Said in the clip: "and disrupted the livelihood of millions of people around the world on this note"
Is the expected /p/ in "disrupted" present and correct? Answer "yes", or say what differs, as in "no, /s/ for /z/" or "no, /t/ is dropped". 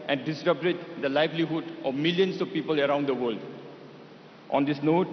no, /b/ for /p/